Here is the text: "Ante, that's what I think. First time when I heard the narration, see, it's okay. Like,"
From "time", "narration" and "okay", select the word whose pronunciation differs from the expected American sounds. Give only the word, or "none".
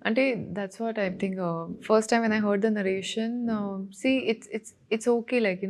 none